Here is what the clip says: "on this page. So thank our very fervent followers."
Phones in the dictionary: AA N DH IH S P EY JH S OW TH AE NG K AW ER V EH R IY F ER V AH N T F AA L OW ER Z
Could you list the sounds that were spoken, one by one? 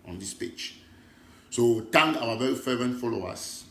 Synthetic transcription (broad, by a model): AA N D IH S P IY CH S OW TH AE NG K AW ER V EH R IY F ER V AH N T F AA L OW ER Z